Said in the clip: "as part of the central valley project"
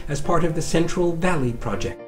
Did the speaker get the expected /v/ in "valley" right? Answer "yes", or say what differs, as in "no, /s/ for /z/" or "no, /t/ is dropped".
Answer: yes